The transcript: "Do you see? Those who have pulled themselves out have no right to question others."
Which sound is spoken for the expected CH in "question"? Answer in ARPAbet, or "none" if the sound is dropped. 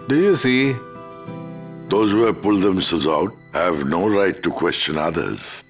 CH